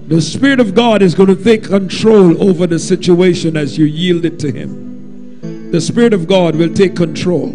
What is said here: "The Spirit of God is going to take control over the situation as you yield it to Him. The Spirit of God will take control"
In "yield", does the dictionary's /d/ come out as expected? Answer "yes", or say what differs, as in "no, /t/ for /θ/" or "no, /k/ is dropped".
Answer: yes